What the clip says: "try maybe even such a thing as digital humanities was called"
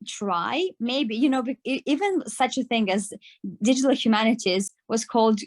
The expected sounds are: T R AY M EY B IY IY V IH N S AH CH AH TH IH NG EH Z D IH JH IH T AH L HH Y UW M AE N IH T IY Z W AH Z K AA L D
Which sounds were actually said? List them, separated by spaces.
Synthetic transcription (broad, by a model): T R AY M EY B IY IY V IH N S AH CH AH TH IH NG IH Z D IH JH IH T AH L HH Y UW M AE N IH T IY Z W AH Z K AA L D